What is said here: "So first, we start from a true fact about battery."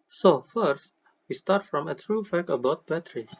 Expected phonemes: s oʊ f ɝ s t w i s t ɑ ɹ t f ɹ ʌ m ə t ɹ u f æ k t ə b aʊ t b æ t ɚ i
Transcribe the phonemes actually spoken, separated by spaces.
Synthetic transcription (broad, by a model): s oʊ f ɝ s t w i s t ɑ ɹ t f ɹ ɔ m ə t ɹ u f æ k ə b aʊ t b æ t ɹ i